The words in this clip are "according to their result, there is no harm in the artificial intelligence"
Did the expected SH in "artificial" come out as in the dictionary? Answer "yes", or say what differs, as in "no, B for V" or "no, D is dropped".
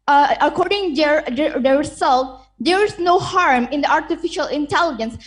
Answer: yes